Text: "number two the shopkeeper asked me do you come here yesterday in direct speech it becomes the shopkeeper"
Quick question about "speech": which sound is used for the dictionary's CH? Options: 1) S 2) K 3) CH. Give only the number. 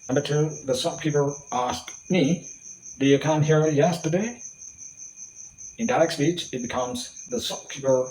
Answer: 3